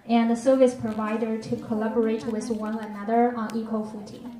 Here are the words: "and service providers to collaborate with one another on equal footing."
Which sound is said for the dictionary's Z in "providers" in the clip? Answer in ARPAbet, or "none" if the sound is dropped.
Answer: none